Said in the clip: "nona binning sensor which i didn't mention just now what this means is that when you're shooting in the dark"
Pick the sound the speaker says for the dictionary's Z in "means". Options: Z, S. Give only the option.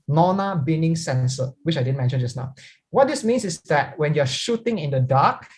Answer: S